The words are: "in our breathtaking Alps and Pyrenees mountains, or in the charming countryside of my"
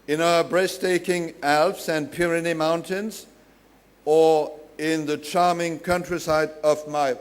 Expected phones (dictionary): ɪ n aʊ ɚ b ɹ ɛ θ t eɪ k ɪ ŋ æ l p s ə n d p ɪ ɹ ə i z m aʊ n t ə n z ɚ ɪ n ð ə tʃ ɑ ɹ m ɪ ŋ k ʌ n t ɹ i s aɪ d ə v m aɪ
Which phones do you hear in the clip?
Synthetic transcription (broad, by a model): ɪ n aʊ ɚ b ɹ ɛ s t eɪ k ɪ ŋ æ l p s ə n p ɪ ɹ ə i m aʊ n t ə n z ɚ ɪ n ð ə tʃ ɑ ɹ m ɪ ŋ k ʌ n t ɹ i s aɪ d ə v m aɪ